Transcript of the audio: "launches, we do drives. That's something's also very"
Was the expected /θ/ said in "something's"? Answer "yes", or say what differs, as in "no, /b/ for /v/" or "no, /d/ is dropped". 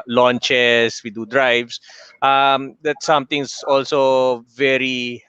no, /t/ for /θ/